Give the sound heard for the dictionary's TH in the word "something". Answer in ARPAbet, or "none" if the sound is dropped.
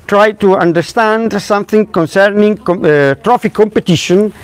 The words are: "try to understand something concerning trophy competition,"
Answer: TH